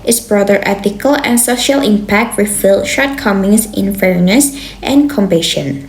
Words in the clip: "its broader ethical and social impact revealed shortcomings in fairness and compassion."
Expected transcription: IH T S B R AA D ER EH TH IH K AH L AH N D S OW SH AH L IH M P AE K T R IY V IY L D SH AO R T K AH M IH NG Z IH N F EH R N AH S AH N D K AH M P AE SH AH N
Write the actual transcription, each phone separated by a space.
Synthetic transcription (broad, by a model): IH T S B R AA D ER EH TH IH K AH L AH N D S OW SH AH L IH M P AE K T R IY F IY L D SH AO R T K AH M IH NG S IH N F EH R N AH S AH N K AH M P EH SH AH N